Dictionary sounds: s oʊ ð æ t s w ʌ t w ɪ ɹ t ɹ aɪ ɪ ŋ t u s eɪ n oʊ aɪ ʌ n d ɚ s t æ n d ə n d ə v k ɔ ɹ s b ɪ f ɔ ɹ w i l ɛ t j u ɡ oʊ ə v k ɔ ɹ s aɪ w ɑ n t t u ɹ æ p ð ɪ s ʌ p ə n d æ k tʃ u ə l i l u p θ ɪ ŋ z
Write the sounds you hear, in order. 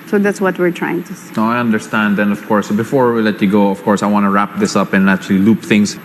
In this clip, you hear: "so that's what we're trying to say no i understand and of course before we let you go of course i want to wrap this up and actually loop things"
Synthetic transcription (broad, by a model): s oʊ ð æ t s w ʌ t w ɪ ɹ t ɹ aɪ ɪ ŋ t u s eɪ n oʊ aɪ ʌ n d ɚ s t æ n d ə n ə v k ɔ ɹ s b ɪ f ɔ ɹ w i l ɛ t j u ɡ oʊ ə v k ɔ ɹ s aɪ w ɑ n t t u ɹ æ p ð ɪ s ʌ p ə n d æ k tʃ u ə l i l u p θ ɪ ŋ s